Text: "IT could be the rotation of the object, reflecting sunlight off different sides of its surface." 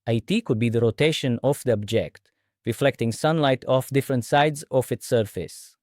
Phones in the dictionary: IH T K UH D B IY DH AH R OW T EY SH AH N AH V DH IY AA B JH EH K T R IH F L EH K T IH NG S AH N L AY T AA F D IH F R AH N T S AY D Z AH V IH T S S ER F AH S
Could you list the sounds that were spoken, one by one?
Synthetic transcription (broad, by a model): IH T K UH D B IY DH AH R OW T EY SH AH N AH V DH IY AA B JH EH K T R IH F L EH K T IH NG S AH N L AY T AA F D IH F R AH N T S AY D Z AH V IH T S S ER F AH S